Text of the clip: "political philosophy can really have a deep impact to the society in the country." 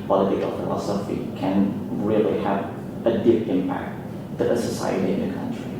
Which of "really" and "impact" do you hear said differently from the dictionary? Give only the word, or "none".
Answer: none